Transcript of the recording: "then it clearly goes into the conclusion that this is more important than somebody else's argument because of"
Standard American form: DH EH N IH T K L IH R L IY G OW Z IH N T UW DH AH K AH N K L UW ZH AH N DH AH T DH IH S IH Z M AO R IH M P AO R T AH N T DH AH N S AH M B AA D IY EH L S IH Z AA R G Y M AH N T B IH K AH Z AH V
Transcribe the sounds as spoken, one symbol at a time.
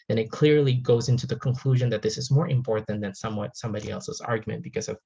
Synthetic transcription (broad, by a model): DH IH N IH T K L IH R L IY G OW Z IH N T UW DH AH K AH N K L UW ZH AH N DH AH T DH IH S IH Z M AO R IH M P AO R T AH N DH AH N S AH M B AA D IY EH L S IH Z AA R G Y M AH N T B IH K AH Z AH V